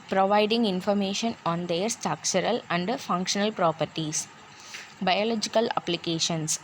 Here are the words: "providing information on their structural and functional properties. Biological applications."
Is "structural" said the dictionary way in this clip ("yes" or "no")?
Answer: no